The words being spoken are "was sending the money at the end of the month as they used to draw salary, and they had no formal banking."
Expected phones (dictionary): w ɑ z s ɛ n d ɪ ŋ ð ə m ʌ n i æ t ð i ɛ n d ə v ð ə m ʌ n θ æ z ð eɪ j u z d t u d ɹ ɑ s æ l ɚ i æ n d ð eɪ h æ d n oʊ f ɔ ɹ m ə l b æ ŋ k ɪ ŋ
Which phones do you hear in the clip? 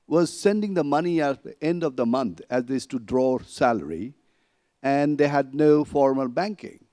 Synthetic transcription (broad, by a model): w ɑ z s ɛ n d ɪ ŋ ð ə m ʌ n i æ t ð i ɛ n d ə v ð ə m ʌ n t æ z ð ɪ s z t u d ɹ ɑ s æ l ɚ i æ n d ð eɪ h æ d n oʊ f ɔ ɹ m ə l b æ ŋ k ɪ ŋ